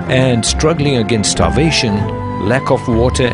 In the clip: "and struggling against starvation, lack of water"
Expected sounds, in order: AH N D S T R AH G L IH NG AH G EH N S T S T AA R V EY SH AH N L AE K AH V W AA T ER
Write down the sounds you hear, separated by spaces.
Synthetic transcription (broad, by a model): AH N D S T R AH G L IH NG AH G EH N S S T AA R V EY SH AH N L AE K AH F W AA T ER